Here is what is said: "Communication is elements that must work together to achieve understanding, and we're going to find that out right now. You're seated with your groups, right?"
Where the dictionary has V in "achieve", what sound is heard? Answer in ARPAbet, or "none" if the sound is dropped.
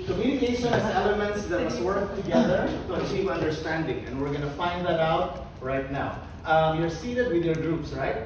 P